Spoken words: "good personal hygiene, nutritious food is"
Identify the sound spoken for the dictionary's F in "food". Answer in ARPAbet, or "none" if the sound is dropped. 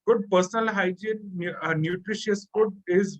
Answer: P